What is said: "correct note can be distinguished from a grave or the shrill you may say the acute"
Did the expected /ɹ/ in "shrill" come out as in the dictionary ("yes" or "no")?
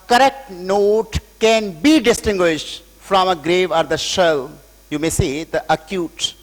no